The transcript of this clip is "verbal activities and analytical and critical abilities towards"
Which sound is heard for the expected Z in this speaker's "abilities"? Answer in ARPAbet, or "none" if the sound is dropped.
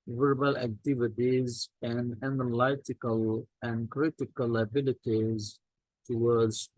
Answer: Z